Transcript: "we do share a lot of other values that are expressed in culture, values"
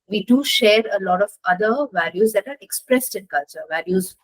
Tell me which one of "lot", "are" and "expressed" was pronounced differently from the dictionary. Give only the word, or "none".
none